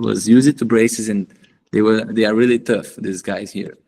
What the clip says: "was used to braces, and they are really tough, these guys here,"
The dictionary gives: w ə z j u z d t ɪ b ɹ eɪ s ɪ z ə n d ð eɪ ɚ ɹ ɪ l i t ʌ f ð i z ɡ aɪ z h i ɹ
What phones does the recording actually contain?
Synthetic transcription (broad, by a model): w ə z j u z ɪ t ɪ b ɹ eɪ s ɪ z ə n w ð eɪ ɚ ɹ ɪ l i t ʌ f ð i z ɡ aɪ z h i ɹ